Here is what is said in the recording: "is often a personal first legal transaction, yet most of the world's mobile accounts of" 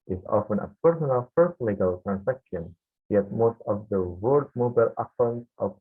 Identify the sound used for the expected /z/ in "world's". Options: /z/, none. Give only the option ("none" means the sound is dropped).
none